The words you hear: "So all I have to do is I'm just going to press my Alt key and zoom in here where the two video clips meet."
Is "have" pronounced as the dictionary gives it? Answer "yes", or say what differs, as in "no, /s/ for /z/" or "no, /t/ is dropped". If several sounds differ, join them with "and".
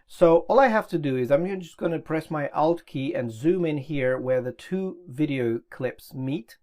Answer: no, /f/ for /v/